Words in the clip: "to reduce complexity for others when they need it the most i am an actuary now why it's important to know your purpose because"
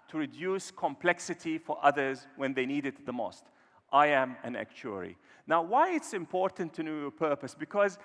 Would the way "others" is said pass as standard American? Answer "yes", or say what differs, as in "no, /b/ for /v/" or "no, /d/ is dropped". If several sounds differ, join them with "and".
yes